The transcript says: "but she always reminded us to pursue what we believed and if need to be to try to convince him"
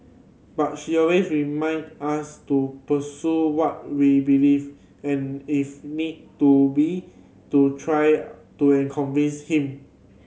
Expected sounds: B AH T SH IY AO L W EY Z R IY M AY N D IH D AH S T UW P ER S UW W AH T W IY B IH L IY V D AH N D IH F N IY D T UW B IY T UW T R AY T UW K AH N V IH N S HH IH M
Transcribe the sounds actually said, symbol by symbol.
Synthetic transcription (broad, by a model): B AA T SH IY AO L W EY S R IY M AY N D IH S T UW P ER S UW W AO T W IY B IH L IY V AH N IH F N IY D T UW B IY T UW T R AY T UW K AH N V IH N S HH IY M